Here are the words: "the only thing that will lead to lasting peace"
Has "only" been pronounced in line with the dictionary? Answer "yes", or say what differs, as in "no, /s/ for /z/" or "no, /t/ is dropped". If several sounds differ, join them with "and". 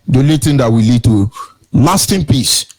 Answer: no, /n/ is dropped